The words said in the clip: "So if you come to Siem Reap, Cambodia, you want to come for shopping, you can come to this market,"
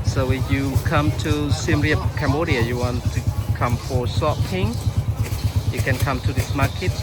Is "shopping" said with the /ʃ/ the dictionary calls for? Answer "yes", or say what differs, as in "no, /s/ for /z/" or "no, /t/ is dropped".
no, /s/ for /ʃ/